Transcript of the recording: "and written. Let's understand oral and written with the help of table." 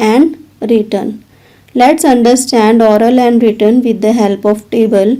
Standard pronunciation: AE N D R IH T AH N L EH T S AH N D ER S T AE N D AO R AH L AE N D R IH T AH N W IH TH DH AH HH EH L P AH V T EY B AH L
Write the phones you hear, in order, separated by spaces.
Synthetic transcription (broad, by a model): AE N D R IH T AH N L EH T S AH N D ER S T AE N D AO R AH L AE N D R IH T AH N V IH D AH HH EH L P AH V T EY B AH L